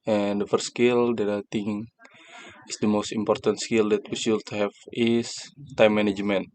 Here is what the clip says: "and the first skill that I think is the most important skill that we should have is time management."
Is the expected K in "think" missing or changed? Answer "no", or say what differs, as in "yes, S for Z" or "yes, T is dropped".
yes, K is dropped